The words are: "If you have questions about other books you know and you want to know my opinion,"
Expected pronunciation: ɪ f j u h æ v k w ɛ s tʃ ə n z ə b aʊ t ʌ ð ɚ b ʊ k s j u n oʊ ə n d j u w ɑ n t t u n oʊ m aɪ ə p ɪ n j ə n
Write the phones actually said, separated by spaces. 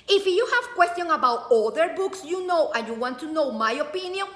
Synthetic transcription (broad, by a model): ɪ f j u h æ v k w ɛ s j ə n ə b aʊ t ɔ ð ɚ b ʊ k s j u n oʊ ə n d j u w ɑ n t t u n oʊ m aɪ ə p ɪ n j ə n